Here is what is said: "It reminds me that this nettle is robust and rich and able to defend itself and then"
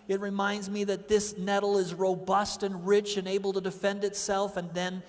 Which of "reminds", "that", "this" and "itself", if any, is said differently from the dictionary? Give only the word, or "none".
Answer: none